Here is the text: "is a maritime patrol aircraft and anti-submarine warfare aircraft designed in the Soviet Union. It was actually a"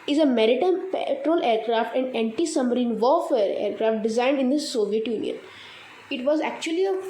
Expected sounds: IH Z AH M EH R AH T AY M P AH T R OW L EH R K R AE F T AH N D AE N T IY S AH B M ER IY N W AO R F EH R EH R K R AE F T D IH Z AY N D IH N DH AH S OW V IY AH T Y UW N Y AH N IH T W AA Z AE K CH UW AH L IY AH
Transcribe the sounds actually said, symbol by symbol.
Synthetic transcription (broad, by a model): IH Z AH M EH R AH T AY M P AH T R OW L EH R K R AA F T AH N D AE N T IY S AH M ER IY N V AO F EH R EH R K R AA F T D IH Z AY N D IH N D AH S OW V IY AH T Y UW N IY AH N IH T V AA Z AE K CH UW AH L IY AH